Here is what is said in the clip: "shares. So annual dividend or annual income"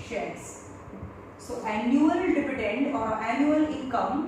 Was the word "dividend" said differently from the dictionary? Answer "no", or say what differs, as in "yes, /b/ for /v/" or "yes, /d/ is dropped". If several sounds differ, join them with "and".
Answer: yes, /p/ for /v/